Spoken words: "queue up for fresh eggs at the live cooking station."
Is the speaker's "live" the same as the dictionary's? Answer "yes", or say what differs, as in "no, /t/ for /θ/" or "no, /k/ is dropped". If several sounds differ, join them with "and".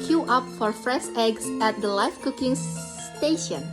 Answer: no, /f/ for /v/